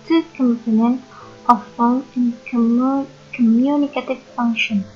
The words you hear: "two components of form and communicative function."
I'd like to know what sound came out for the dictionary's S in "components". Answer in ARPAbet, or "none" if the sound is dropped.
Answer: none